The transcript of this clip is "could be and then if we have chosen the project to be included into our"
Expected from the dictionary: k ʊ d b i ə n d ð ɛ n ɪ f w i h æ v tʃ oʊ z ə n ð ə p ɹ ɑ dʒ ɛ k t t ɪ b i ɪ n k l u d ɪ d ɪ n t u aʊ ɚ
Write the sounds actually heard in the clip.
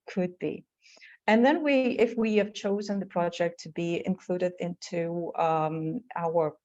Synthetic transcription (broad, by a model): k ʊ d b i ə n ð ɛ n ɪ f w i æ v tʃ oʊ z ə n ð ə p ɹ ɑ dʒ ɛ k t t ɪ b i ɪ n k l u d ɪ d ɪ n t u aʊ ɚ